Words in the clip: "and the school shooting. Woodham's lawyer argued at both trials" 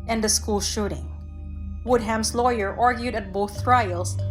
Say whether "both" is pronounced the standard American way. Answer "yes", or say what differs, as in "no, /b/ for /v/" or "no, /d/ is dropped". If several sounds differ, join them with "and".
yes